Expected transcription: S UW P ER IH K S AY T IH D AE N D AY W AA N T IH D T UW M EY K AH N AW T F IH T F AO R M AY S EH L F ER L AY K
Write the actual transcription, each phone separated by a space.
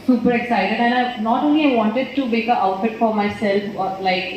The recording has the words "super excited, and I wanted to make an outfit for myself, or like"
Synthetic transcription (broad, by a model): S UW P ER IH K S AY T IH D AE N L AY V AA N T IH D T UW M EY K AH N AW T F IH T F AO R M AY S EH L F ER L AY K